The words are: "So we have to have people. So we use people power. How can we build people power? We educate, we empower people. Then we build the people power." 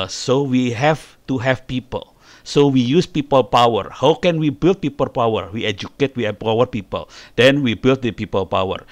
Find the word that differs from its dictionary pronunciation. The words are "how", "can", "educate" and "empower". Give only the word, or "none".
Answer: empower